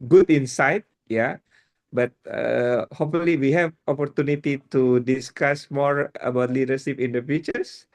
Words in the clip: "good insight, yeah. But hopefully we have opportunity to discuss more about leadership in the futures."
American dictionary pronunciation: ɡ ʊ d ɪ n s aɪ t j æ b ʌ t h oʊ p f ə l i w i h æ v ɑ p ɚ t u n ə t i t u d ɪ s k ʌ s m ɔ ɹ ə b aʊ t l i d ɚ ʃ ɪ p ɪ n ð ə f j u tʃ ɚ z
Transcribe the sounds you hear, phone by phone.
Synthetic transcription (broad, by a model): ɡ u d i n s aɪ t j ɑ b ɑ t h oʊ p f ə l i w i h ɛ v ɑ p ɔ t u n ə t i t u d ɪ s k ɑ s m ɔ ɹ ə b aʊ t l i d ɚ s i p ɪ n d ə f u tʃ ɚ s